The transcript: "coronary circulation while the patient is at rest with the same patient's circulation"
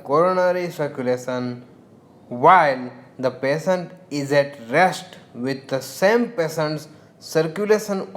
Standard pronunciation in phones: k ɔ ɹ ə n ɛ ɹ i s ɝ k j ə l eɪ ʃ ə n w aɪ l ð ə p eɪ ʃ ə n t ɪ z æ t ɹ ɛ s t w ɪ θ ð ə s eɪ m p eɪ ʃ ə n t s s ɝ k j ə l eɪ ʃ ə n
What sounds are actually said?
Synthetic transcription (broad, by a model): k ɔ ɹ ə n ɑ ɹ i s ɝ k j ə l eɪ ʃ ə n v aɪ l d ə p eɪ s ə n t ɪ z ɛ t ɹ ɛ s t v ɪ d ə s eɪ m p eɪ s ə n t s s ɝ k j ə l eɪ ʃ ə n